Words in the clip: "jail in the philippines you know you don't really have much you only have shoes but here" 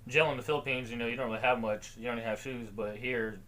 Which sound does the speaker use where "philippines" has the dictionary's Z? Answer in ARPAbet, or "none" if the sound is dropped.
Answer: Z